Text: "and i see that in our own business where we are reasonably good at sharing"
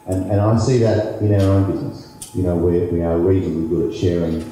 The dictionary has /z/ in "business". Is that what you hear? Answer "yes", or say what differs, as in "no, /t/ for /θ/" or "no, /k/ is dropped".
yes